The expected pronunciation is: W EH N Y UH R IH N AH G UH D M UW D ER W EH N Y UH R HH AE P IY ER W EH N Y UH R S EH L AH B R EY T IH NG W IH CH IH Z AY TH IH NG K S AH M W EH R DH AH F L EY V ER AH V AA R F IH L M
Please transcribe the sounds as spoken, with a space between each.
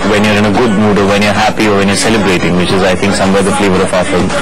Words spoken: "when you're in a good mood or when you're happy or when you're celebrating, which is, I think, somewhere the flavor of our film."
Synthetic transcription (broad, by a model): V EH N Y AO R IH N AH G UH D M UW D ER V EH N Y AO R HH AE P IY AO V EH N Y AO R S EH L AH B R EY T IH NG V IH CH IH Z AY T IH NG K S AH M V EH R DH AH F L EY V ER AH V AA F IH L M